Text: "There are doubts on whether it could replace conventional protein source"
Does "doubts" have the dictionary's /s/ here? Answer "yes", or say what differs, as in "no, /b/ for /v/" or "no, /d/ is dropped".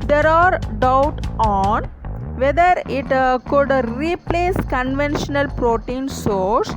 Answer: no, /s/ is dropped